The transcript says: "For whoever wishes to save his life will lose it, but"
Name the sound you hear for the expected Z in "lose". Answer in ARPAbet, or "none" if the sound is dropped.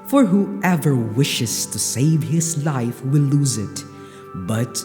Z